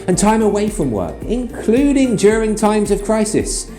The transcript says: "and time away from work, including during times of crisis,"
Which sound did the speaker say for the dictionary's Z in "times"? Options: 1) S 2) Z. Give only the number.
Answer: 2